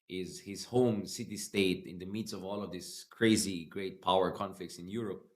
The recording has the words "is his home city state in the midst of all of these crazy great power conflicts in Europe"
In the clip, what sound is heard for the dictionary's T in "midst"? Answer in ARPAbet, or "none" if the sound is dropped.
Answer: none